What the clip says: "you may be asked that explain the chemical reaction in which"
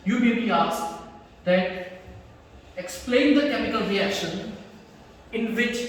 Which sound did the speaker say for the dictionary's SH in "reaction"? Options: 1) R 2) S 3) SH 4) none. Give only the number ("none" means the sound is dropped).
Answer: 3